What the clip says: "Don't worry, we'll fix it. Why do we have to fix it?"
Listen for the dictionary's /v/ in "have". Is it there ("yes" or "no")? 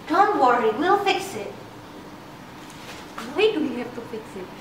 no